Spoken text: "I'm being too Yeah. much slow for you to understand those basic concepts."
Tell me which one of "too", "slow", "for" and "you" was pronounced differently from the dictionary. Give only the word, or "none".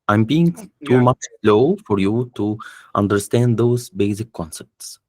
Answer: none